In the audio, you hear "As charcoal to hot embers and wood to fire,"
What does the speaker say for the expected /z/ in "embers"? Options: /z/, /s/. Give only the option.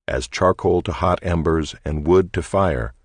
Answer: /z/